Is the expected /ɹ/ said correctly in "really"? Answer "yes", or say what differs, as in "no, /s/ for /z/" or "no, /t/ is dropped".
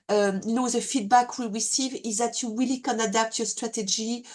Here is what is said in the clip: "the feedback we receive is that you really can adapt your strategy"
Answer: no, /w/ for /ɹ/